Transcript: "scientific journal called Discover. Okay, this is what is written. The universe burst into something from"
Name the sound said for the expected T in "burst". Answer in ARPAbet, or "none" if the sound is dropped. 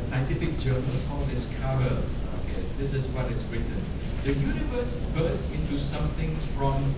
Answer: none